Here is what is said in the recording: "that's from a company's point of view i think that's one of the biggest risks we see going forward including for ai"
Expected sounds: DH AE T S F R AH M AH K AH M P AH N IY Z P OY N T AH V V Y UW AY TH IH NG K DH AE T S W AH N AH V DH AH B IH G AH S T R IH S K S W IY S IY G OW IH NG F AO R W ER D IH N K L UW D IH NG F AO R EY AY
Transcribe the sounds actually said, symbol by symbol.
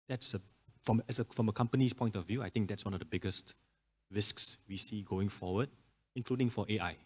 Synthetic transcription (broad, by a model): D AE T S F R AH M AH K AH M P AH N IY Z P OY N T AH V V Y UW AY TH IH NG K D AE T S W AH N AH V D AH B IH G AH S T R IH S K S W IY S IY G OW IH NG F AO W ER D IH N K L UW D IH NG F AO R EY AY